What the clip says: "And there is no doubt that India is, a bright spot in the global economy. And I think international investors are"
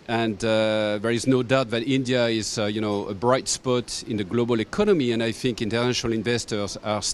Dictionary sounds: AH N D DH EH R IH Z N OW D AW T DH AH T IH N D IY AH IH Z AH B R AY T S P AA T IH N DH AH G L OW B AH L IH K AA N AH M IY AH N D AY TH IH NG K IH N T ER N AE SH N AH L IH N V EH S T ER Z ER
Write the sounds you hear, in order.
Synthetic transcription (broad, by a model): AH N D DH EH R IH Z N OW D AW T DH AH T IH N D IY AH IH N AH B R AY T S P AA T IH N DH AH G L OW B AH L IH K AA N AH M IY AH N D AY TH IH NG K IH N T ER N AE SH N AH L IH N V EH S T ER Z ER